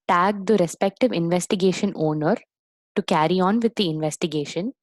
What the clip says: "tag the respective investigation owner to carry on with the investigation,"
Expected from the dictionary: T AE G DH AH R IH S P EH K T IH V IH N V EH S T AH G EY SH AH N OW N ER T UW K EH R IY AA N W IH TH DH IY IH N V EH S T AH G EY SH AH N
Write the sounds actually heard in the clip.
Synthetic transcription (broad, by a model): T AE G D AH R IH S P EH K T IH V IH N V EH S T AH G EY SH AH N OW N ER T UW K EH R IY AA N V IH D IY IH N V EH S T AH G EY SH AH N